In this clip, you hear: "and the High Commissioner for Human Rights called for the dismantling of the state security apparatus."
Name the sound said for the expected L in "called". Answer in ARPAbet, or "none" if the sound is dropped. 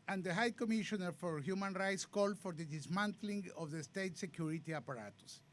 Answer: L